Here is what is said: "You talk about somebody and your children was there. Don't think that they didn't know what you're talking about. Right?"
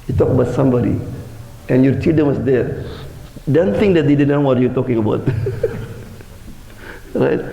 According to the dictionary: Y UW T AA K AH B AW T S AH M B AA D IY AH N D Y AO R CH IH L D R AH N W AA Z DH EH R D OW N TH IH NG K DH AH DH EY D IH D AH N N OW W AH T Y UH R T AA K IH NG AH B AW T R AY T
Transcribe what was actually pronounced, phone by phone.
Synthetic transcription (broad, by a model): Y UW T AA K AH B AW T S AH M B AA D IY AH N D Y AO R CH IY D AH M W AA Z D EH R D OW N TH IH NG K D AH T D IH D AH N N OW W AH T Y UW T AA K IH NG AH B AW T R AY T